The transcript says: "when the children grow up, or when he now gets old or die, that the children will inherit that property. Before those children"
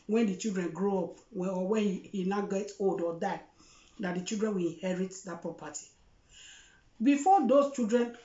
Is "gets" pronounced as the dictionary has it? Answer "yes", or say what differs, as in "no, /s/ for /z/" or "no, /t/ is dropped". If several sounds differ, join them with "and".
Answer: no, /s/ is dropped